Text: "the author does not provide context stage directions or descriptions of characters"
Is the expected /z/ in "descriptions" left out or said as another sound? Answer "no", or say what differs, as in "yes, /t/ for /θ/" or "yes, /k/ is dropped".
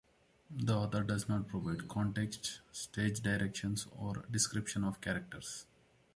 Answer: yes, /z/ is dropped